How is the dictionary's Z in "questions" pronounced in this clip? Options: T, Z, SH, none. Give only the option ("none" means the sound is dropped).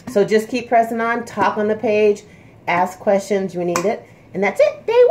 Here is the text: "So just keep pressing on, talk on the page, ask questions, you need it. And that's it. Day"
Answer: Z